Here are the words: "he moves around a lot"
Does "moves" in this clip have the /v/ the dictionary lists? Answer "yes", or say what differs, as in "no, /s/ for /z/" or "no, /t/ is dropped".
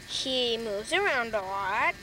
yes